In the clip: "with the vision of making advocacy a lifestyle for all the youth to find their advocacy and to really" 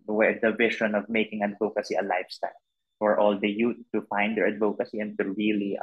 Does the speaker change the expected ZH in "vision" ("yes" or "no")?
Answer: yes